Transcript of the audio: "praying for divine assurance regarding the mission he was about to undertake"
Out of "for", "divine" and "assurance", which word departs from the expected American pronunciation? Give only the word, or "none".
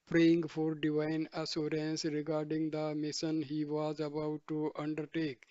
assurance